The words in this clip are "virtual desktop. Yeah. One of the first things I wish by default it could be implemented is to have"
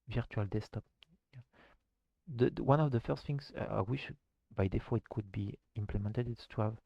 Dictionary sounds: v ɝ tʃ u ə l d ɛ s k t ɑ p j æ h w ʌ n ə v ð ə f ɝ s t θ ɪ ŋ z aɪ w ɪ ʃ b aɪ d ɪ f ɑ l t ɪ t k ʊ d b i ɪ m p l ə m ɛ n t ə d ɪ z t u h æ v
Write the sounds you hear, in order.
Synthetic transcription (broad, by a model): v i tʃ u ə l d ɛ s t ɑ p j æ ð w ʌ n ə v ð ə f ɝ s t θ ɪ ŋ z aɪ w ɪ ʃ b aɪ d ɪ f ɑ ɪ t k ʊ d b i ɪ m p l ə m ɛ n t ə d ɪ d t u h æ v